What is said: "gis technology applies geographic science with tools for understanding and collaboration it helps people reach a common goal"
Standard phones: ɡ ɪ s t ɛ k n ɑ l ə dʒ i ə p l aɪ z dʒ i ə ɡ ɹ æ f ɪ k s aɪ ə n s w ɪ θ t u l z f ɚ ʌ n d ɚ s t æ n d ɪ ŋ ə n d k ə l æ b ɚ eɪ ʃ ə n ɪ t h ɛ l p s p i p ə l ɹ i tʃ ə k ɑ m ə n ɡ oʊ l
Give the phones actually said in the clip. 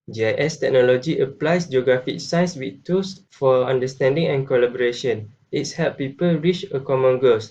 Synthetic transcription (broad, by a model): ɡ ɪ s t ɛ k n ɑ l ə dʒ i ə p l aɪ s dʒ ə ɡ ɹ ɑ f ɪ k s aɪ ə n s w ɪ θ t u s f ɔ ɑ n d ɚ s t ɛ n d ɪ ŋ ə n k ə l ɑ b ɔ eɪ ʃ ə n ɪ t h ɛ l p p i p ə l ɹ i tʃ ə k ɑ m ə n ɡ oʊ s